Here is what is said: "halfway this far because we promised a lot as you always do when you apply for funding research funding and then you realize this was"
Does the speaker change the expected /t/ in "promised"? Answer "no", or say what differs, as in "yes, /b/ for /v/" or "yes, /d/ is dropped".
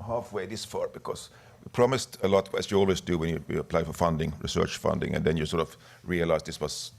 no